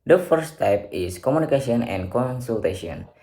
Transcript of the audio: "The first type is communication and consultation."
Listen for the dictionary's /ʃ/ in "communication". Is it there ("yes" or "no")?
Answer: no